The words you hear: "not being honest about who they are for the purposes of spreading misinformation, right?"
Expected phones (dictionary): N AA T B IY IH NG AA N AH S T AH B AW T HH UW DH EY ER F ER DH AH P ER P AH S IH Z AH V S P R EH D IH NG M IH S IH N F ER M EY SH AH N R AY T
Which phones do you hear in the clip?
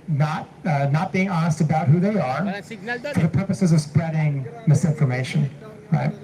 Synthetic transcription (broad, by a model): N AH T B IY IH NG AA N AH S T AH B AW T HH UW DH EY ER F ER DH AH P ER P AH S IH Z AH V S P R EH D IH NG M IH S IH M F ER M EY SH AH N R AY T